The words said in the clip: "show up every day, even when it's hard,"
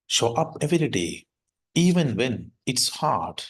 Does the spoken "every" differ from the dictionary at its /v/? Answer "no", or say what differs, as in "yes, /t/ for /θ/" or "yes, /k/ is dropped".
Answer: no